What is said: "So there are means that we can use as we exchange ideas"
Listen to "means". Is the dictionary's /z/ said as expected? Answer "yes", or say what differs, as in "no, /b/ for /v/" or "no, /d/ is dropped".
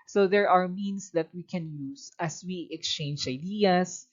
no, /s/ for /z/